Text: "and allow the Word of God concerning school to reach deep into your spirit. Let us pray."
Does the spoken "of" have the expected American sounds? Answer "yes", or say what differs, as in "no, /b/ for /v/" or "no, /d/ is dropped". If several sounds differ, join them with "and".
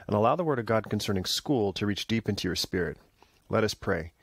yes